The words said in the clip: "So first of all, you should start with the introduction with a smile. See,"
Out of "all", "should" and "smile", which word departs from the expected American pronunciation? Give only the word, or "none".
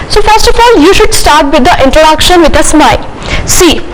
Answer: none